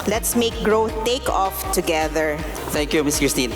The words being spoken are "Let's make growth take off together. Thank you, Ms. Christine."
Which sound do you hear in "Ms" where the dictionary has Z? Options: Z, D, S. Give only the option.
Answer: S